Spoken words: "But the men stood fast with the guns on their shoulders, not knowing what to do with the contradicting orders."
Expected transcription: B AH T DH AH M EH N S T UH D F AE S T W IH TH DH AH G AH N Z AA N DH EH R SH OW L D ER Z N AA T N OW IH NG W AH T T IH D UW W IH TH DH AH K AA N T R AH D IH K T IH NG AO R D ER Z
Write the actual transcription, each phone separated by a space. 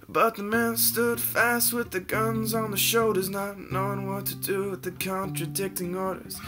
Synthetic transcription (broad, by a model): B AH T DH AH M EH N S T UH D F AE S T W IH DH AH G AH N Z N DH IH SH OW D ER Z N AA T N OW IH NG W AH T T IH D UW W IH DH AH K AA N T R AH D IH K T IH NG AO R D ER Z